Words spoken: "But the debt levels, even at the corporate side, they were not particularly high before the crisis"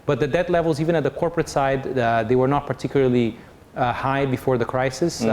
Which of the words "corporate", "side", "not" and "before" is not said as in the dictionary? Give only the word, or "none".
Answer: none